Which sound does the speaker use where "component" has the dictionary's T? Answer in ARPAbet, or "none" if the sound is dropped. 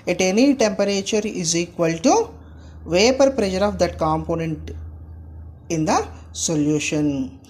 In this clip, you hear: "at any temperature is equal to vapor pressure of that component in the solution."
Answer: T